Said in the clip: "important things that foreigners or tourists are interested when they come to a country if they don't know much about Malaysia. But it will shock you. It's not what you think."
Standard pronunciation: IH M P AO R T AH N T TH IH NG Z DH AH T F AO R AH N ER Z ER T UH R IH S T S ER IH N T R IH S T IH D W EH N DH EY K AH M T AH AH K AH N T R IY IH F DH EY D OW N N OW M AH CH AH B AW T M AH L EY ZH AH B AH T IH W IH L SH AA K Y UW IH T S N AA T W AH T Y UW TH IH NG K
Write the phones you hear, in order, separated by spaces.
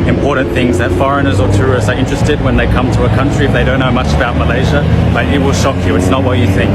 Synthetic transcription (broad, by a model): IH M P AO R T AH N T TH IH NG Z DH AH T F AO R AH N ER Z ER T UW R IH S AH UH IH N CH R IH S T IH D W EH N DH EY K AH M T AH AH K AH N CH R IY IH F DH EY D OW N N OW M AH CH AH B AW T M AH L EY ZH AH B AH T IH W IH L SH AA K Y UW IH T S N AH T W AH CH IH TH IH NG K